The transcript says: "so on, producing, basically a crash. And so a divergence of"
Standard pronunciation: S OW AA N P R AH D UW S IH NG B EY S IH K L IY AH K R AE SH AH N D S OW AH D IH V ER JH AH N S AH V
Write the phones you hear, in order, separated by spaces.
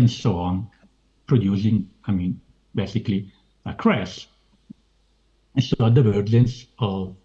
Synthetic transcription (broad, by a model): S OW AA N P R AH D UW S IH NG B EY S IH K L IY AH K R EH S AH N S OW AH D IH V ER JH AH N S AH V